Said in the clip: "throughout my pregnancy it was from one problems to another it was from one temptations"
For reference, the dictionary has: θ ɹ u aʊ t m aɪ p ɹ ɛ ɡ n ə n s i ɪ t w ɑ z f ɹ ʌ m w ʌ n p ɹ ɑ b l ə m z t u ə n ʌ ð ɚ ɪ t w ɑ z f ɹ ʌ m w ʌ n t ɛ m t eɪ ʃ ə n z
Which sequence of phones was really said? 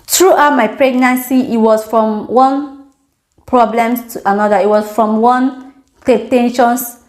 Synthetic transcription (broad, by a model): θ ɹ u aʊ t m aɪ p ɹ ɛ ɡ n ə n s i ɪ t w ɑ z f ɹ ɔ m w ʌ n p ɹ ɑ b l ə m t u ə n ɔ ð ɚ ɪ t w ɑ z f ɹ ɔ m w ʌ n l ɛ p t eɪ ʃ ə n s